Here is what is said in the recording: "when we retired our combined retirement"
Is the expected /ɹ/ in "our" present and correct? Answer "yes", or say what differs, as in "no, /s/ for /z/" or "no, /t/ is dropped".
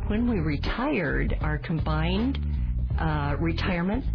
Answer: yes